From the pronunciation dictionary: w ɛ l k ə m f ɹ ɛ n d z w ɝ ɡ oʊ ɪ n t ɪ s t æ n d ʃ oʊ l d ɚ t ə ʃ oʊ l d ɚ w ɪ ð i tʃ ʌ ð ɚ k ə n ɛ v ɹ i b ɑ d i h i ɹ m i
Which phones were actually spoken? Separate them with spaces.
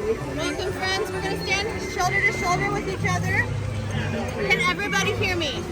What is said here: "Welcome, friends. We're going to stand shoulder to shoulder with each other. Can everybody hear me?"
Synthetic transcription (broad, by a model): w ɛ l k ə m f ɹ ɛ n d z w ɝ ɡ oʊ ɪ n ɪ s t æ n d ʃ oʊ l d ɚ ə ʃ oʊ l d ɚ w ɪ ð i tʃ ʌ ð ɚ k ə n ɛ v ɹ i b ɑ d i h i ɹ m i